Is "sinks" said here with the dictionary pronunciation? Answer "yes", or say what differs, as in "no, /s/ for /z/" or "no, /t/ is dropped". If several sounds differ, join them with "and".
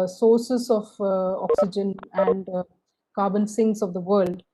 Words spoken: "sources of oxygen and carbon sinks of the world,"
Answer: no, /k/ is dropped